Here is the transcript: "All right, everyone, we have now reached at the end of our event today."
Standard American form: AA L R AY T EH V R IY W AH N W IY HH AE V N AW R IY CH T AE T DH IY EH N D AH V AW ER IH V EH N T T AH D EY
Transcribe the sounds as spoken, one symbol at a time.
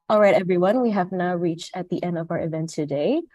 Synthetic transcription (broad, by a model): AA L R AY T EH V R IY W AH N W IY HH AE V N AW R IY CH T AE T DH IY EH N D AH V AW ER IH V EH N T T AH D EY